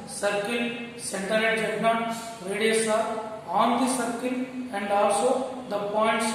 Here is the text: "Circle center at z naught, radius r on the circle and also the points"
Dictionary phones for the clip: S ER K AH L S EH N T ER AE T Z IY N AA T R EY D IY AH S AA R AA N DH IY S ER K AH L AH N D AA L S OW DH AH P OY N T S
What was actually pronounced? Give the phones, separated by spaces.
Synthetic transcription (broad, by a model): S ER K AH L S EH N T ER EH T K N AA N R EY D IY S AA AA N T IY S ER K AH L AH N D AA L S OW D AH P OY N T S